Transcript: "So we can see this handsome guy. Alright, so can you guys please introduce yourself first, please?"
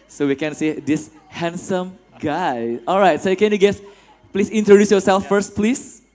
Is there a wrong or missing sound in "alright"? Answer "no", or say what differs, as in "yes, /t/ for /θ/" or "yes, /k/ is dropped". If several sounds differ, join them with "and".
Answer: no